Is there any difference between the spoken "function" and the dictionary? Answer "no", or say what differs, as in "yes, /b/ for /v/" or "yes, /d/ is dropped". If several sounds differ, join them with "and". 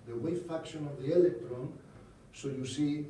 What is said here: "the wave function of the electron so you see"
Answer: yes, /ŋ/ is dropped